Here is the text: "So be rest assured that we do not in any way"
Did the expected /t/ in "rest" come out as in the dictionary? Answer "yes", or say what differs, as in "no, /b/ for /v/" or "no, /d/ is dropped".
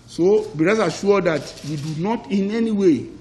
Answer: no, /t/ is dropped